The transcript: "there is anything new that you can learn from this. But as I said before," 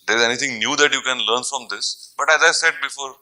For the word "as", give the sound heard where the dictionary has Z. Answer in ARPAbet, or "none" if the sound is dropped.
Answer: Z